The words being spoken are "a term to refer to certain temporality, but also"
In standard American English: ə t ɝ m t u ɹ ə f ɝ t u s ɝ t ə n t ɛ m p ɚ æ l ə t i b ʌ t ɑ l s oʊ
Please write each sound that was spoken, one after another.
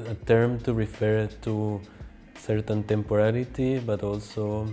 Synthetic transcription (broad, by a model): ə t ɝ m t u ɹ ə f ɝ t u s ɝ t ə n t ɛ m p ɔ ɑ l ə t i b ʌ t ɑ l s oʊ